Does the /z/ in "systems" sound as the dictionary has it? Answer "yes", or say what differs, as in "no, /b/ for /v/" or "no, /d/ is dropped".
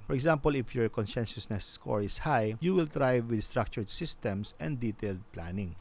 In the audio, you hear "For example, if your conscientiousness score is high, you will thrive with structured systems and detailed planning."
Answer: no, /s/ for /z/